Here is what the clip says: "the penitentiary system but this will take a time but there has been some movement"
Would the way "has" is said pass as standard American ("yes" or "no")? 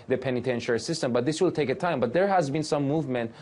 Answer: yes